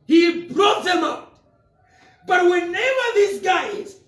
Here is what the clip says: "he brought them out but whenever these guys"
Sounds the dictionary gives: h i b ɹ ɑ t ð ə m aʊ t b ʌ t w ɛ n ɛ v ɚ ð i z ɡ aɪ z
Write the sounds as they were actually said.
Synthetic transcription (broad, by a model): h i b ɹ ɑ t ð ə m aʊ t b ʌ t w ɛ n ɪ w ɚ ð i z ɡ aɪ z